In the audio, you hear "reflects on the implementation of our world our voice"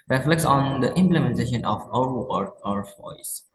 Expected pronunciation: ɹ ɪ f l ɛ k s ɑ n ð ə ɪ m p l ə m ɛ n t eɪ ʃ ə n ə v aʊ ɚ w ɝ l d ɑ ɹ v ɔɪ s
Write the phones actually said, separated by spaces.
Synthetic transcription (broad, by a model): ɹ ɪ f l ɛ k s ɑ n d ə ɪ m p l ə m ɛ n t eɪ ʃ ə n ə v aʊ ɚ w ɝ d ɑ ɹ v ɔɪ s